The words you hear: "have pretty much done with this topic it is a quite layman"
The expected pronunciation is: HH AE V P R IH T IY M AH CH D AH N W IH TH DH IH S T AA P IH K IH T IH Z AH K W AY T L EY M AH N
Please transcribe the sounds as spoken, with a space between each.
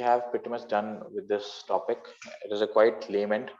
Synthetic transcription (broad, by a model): HH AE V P IH T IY M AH S D AH N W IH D IH S T AA P IH K IH T IH Z AH K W AY T L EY M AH N